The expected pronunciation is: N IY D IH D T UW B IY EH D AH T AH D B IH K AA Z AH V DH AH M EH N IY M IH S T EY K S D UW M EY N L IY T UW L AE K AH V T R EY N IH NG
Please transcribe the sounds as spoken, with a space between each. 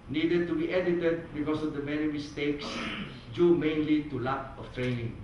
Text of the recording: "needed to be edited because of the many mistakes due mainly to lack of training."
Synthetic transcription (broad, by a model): N IY D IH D T UW B IY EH D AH T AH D B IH K AA S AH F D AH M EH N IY M IH S T EY K S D UW M EY N L IY T UW L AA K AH F T R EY N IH NG